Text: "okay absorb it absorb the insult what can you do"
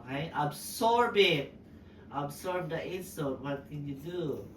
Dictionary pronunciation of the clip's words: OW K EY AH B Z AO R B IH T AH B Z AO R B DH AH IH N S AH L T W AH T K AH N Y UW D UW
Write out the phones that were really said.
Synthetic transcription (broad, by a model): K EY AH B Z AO R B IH T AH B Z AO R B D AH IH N S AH T W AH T K AH N Y UW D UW